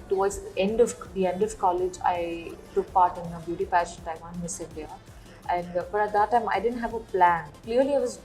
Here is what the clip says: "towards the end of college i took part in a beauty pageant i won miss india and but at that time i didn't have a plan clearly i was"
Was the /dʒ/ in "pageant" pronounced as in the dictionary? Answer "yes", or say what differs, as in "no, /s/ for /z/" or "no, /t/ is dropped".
no, /ʃ/ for /dʒ/